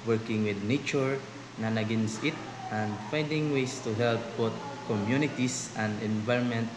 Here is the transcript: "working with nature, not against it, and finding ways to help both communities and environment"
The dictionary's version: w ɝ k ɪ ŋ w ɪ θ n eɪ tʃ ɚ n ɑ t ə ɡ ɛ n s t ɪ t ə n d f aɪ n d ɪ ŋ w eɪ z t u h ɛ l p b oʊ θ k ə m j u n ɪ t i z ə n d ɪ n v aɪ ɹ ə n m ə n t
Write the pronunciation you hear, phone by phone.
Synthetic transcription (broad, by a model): w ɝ k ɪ ŋ w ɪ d n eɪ tʃ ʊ n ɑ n ə ɡ ɛ n s t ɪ t ə n d f aɪ n d ɪ ŋ w eɪ s t u h ɛ l p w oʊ t k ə m j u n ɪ t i s ə n d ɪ n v aɪ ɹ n m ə n t